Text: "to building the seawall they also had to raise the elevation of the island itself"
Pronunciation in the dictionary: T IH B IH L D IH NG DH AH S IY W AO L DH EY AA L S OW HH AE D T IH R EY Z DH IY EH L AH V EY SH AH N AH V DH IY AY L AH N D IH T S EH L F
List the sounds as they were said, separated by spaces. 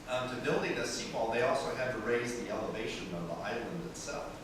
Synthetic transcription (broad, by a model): T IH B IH L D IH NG DH AH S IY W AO L DH EY AA L S OW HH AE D T IH R EY Z DH IY EH L AH V EY SH AH N AH V DH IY AY L AH N D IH T S EH L F